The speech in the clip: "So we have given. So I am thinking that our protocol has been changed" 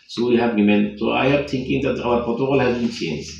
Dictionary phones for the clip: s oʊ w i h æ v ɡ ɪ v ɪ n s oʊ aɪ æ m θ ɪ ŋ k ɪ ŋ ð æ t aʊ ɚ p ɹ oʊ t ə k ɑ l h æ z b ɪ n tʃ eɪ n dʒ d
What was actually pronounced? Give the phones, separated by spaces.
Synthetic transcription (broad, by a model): s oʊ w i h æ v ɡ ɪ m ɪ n s oʊ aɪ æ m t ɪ ŋ k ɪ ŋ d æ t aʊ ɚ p oʊ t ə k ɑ l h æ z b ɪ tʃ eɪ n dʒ